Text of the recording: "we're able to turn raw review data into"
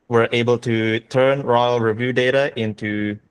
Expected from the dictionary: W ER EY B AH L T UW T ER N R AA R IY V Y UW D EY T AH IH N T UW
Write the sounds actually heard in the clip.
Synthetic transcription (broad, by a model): W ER EY B AH L T UW T ER N R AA R IY V Y UW D EY T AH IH N T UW